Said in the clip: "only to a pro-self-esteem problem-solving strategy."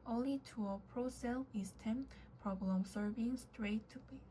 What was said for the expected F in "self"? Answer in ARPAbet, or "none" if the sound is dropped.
none